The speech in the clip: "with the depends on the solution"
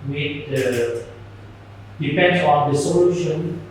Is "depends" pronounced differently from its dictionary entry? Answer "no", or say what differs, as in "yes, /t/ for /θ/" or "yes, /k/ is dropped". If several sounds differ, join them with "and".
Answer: yes, /z/ is dropped